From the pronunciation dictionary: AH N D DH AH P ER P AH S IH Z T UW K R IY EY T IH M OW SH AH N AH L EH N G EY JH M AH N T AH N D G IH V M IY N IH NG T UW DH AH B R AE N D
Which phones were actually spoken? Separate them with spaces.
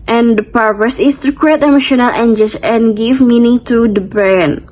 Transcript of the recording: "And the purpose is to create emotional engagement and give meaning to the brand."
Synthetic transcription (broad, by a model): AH N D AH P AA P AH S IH S T UW K R IY EY T IH M OW SH AH N AH L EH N JH AH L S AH N G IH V M IY N IH NG T UW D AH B R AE N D